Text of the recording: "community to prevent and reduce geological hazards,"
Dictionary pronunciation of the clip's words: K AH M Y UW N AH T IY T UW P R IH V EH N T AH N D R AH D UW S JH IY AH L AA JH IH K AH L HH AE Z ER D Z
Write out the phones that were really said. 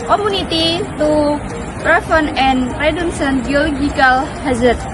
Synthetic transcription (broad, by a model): K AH M UW N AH T IY T UW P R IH F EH N AH N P R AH D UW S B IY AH L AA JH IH K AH L HH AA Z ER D